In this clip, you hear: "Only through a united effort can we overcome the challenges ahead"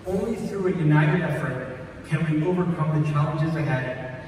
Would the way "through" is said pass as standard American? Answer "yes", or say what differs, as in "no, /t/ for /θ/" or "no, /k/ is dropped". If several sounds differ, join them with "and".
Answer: yes